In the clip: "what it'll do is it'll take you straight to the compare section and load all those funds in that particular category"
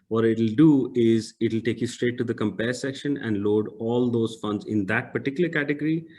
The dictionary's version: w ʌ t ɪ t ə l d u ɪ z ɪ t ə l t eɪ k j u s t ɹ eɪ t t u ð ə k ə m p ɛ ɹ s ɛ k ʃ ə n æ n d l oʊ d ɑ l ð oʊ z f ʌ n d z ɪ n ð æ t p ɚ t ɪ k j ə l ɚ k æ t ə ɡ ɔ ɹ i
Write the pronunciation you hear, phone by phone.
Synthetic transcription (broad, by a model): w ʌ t ɪ t ə l d u ɪ z ɪ t ə l t eɪ k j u s t ɹ eɪ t t u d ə k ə m p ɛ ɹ s ɛ k ʃ ə n æ n d l oʊ d ɑ l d oʊ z f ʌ n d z ɪ n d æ t p ɚ t ɪ k j ə l ɚ k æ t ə ɡ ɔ ɹ i